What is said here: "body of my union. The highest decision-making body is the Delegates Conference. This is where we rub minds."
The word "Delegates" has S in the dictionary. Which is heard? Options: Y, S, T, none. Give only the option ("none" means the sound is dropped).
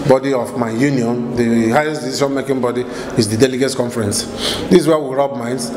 none